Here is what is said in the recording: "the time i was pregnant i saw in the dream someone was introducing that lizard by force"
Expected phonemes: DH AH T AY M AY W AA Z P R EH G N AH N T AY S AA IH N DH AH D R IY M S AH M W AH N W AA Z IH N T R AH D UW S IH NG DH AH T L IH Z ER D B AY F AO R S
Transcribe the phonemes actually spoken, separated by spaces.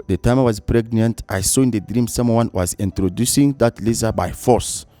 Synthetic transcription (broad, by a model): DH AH T AY M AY W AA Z P R EH G N AH N T AY S AA IH N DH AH D R IY M S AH M W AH N W AA Z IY N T R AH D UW S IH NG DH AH T L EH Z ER B AY F AO S